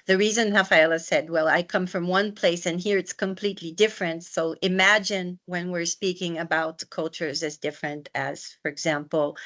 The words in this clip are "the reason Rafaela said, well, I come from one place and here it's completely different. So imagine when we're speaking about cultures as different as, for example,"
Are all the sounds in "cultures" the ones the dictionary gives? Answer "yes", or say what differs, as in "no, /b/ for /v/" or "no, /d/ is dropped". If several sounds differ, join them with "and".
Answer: yes